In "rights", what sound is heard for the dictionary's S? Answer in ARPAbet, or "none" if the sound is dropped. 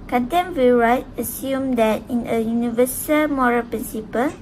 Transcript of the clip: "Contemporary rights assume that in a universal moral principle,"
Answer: none